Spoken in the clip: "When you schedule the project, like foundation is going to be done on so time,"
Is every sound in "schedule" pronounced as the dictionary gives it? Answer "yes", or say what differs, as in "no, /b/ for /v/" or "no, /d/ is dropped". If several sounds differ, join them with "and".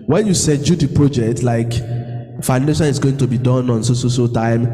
no, /k/ is dropped